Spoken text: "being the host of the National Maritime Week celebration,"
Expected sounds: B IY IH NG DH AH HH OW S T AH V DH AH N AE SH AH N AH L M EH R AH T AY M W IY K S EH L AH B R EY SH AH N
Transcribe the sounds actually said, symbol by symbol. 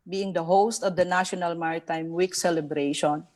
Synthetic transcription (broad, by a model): B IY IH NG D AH HH OW S T AH V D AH N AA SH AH N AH L M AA R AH T AY M W IY K S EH L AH B R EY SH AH N